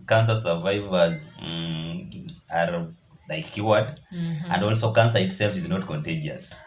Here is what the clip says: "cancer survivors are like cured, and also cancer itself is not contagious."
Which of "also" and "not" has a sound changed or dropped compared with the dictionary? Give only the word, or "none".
none